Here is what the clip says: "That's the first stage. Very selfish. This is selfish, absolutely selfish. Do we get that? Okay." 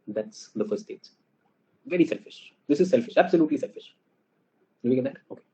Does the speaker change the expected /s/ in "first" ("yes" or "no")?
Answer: yes